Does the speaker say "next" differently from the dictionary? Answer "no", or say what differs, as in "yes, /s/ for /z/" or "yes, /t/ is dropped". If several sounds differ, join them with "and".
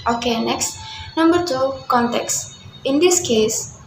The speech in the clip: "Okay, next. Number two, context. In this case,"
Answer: no